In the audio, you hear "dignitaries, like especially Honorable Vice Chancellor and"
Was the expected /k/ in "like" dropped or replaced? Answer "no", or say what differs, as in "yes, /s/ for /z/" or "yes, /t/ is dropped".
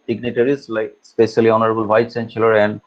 yes, /k/ is dropped